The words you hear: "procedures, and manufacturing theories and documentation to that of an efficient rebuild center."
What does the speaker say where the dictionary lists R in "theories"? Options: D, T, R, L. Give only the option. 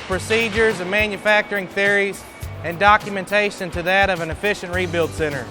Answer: R